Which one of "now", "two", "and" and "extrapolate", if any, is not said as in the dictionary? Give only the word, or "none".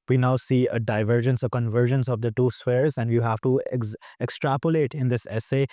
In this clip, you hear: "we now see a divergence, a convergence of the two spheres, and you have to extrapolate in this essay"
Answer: none